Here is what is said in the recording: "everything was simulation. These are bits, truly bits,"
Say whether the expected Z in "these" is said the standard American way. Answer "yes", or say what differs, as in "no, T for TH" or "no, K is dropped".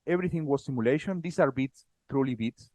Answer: no, S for Z